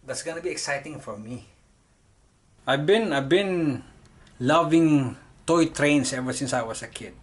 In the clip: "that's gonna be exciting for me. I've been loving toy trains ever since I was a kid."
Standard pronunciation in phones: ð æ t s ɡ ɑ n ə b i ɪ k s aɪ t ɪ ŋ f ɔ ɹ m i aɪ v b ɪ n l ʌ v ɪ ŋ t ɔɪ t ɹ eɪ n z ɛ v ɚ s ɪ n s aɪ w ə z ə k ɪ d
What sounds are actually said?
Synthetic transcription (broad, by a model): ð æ t s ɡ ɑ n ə b i ɪ k s aɪ t ɪ ŋ f ɔ ɹ m i aɪ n b ɪ n l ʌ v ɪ ŋ t ɔɪ t ɹ eɪ n s ɛ v ɚ s ɪ n s aɪ w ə s ə k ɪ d